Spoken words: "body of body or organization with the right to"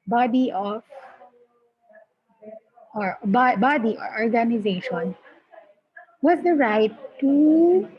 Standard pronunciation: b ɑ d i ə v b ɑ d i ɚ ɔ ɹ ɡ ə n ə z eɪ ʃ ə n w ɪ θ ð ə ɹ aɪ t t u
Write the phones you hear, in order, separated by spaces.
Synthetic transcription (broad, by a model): b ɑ d i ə b b ɑ d i ɔ ɹ ɡ ə n ə z eɪ ʃ ə n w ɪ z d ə ɹ aɪ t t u